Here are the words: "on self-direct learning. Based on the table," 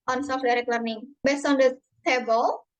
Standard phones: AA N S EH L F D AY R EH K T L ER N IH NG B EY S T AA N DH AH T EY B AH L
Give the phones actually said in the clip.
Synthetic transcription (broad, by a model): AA N S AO F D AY R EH K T L ER N IH NG B EY S T AA N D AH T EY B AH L